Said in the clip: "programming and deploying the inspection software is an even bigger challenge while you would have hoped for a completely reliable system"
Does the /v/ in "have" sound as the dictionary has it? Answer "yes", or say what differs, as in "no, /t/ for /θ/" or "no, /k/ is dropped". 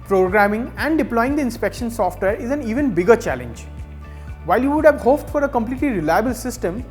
yes